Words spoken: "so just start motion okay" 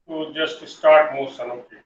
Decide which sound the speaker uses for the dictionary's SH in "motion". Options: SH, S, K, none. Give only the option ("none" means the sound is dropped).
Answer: S